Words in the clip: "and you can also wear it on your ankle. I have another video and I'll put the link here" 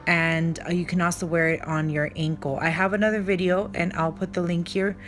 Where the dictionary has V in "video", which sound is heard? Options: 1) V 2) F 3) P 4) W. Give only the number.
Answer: 1